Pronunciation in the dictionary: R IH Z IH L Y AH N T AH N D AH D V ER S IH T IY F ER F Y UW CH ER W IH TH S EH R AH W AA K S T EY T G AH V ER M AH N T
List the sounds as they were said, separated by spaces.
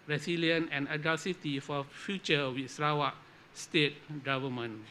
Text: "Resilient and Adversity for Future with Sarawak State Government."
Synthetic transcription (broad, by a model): R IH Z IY L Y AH N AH N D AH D ER S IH T IY F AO F Y UW CH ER W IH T S R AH W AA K S T EY T G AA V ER M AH N